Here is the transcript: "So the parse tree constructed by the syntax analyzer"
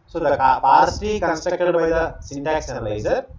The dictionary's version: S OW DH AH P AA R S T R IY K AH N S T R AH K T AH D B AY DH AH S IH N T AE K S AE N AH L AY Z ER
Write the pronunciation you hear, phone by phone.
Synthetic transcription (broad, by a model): S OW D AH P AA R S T IY K AH N S T R AH K T AH D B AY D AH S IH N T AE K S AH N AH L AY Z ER